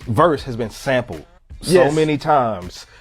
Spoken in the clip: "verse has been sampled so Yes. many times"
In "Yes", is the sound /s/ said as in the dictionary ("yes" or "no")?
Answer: no